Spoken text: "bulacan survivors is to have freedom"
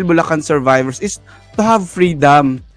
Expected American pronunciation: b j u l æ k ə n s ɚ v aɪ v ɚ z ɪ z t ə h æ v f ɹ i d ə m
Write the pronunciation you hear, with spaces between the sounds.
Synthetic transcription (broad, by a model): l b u l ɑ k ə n s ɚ v aɪ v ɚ s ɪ s t ə h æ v f ɹ i d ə m